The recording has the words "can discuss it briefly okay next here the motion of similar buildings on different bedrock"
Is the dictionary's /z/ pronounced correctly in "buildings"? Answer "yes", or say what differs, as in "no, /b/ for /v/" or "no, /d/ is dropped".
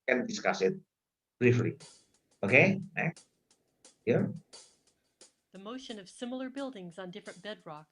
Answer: yes